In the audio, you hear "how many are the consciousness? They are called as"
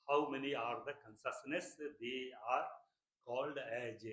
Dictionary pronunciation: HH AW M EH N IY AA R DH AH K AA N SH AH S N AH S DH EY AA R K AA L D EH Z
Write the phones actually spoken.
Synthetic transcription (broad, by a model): HH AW M EH N IY AA R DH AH K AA N S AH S N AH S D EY AA R K AA L D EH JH